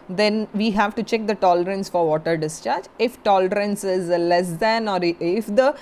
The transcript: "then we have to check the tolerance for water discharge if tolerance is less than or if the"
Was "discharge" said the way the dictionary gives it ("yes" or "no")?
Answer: yes